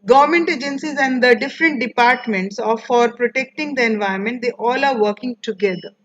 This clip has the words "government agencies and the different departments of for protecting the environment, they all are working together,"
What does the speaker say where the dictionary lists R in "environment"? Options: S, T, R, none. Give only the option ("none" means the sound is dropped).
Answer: none